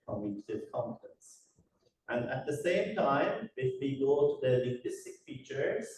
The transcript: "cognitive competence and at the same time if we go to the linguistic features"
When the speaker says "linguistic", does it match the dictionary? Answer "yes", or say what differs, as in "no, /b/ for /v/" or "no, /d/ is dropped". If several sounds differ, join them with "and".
no, /ŋ/ is dropped